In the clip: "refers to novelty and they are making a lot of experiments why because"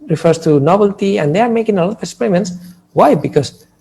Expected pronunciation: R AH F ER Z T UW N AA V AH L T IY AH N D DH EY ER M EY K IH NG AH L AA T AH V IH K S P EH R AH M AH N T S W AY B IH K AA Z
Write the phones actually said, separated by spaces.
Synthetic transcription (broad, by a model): R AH F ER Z T UW N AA B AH L T IY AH N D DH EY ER M EY K IH NG AH L AA T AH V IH K S P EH R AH M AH N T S W AY B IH K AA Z